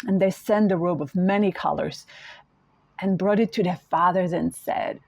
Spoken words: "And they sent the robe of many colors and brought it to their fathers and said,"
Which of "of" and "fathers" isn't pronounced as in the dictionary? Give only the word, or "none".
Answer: none